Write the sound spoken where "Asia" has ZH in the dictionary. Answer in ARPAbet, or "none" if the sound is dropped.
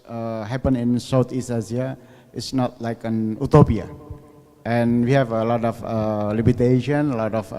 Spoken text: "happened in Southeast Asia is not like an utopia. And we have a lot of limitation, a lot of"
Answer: Z